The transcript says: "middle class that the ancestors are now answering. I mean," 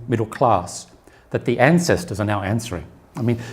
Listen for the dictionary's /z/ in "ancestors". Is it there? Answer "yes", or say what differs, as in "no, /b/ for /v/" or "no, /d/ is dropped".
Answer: yes